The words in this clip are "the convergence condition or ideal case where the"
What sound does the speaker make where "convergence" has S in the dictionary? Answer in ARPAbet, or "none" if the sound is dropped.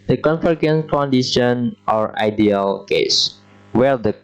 none